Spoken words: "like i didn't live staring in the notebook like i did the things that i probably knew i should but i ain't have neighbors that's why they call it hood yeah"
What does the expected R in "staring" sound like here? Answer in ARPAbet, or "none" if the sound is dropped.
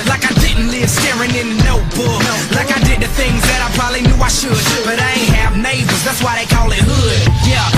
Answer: R